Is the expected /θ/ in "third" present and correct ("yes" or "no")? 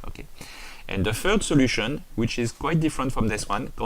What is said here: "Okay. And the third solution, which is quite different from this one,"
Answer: no